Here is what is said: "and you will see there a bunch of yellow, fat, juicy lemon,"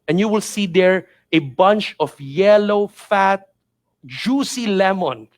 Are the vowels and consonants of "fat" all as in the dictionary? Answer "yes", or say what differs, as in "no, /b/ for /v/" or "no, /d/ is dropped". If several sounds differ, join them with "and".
yes